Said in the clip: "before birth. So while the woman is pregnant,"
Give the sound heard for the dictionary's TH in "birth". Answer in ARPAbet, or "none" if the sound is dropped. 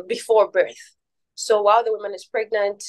TH